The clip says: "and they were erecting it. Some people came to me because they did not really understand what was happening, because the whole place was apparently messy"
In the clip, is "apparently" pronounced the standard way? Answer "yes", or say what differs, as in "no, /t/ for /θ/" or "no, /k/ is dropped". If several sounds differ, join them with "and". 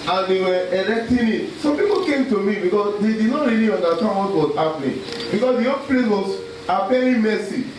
no, /l/ is dropped